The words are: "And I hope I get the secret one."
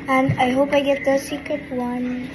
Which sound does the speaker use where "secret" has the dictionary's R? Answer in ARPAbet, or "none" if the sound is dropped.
none